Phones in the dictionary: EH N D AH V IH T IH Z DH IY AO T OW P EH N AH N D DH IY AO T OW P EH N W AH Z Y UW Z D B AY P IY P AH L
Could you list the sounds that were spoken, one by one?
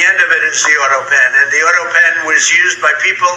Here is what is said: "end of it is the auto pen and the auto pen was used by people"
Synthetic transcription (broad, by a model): EH N D AH V IH T IH Z DH IY AO T OW P EH N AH N DH IY AO T OW P EH N W AH Z Y UW Z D B AY P IY P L